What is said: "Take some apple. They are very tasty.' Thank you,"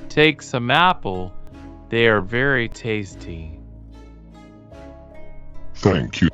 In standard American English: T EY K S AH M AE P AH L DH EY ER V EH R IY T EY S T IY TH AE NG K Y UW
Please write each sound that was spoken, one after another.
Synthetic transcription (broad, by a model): T EY K S AH M AE P L DH EY ER V EH R IY T EY S T IY TH AE NG K Y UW